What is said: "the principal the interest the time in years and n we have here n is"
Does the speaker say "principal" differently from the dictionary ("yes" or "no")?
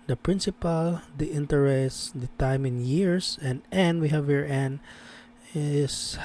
no